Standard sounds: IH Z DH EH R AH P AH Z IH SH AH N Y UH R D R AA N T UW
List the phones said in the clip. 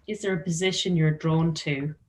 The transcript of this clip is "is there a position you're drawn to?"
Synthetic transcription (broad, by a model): IH Z DH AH R AH P AH Z IH SH AH N Y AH R D R AA N T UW